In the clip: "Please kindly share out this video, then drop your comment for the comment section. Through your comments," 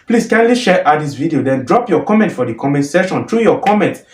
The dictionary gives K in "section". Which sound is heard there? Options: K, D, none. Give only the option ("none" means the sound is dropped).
none